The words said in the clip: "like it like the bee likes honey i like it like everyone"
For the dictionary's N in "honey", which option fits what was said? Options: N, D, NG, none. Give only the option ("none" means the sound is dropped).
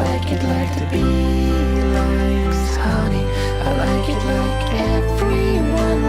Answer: none